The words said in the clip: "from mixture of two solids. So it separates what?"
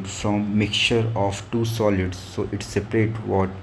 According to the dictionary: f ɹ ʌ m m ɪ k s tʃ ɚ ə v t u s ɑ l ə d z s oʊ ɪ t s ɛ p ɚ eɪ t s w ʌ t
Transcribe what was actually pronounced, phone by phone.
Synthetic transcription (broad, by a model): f ɹ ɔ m m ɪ k tʃ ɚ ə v t u s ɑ l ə d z s oʊ ɪ t s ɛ p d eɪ t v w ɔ t